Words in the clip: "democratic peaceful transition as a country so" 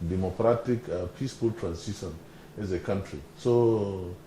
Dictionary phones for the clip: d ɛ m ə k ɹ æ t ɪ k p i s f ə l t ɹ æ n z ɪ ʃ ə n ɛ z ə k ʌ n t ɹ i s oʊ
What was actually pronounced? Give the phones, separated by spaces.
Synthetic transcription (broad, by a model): d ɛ m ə k ɹ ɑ t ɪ k p i s f ə l t ɹ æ n s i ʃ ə n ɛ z ə k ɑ n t ɹ i s oʊ